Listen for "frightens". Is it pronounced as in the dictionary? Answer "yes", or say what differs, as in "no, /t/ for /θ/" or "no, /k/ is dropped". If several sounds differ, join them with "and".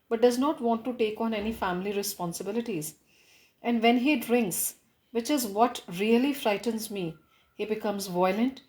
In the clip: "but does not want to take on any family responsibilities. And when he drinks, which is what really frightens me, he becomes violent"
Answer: yes